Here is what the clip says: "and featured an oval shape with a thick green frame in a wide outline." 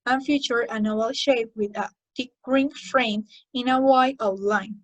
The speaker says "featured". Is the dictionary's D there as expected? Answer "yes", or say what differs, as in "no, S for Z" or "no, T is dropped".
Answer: no, D is dropped